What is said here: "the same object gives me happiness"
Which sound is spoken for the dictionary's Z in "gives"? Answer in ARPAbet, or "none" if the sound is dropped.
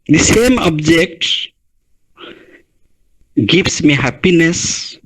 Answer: S